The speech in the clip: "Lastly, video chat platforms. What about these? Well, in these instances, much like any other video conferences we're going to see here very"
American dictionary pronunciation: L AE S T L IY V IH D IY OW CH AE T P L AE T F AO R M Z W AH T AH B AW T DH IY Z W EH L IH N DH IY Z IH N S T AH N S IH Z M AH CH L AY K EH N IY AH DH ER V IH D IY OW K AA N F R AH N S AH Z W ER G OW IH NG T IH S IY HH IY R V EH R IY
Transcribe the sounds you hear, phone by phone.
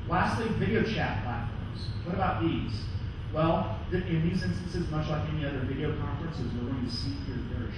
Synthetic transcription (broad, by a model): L AE S T L IY V IH D IY OW CH AE T P L AE T F AO R M Z W AH T AH B AW T DH IY Z W EH L IH N DH IY Z IH N S T AH N S IH Z M AH CH L AY K EH N IY AH DH ER V IH D IY OW K AA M F R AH N S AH Z W ER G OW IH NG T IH S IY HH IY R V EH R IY